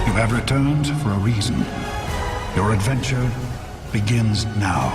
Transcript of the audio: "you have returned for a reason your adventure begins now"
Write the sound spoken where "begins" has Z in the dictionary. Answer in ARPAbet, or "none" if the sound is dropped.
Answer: Z